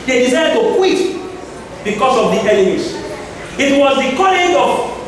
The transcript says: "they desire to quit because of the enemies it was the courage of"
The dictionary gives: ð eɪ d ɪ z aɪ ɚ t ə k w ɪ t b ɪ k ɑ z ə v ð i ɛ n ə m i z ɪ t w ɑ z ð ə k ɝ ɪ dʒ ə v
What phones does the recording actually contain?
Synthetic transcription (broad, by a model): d eɪ d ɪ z aɪ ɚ t ə k w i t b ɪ k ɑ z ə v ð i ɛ l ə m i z ɪ t w ɑ z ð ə k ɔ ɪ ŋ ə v